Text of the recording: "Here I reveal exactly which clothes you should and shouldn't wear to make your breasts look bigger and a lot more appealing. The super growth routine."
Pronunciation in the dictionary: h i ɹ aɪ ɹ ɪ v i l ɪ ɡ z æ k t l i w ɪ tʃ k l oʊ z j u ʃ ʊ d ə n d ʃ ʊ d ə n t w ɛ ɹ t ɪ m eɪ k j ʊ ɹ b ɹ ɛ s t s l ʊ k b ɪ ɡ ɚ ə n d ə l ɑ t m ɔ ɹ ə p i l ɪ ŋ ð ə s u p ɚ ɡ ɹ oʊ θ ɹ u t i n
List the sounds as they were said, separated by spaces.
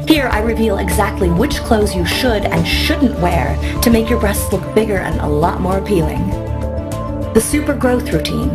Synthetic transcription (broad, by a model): h i ɹ aɪ ɹ ɪ v i l ɪ ɡ z æ k t l i w ɪ tʃ k l oʊ z j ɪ ʃ ʊ d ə n ʃ ʊ d n t w ɛ ɹ t ɪ m eɪ k j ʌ ɹ b ɹ ɛ s t s l ʊ k b ɪ ɡ ɚ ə n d ə l ɑ t m ɔ ɹ ə p i l ɪ ŋ ð ə s u p ɚ ɡ ɹ oʊ θ ɹ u t i n